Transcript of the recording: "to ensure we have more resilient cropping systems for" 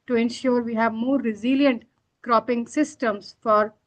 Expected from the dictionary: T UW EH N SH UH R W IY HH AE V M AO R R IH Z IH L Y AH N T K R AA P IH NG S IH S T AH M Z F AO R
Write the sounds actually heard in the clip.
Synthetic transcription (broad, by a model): T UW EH N SH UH R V IY HH AE V M AO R R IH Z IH L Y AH N T K R AA P IH NG S IH S T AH M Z F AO R